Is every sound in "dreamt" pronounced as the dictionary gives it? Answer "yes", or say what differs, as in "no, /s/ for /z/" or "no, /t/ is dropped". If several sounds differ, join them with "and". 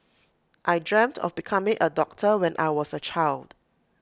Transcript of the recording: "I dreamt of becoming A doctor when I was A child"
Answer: yes